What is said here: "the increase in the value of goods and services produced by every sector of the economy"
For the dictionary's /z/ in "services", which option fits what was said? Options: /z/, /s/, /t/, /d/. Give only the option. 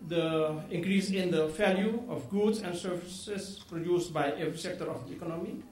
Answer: /s/